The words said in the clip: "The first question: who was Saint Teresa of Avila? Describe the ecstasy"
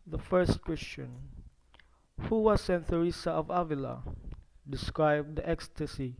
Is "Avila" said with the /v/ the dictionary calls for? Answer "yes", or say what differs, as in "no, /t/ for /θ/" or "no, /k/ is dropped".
yes